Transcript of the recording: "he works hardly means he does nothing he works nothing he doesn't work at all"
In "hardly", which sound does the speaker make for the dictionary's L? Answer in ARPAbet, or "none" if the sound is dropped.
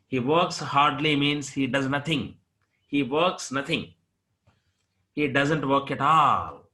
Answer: L